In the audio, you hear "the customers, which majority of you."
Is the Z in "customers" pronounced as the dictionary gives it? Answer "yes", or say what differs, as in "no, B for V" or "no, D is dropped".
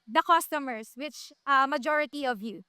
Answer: no, S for Z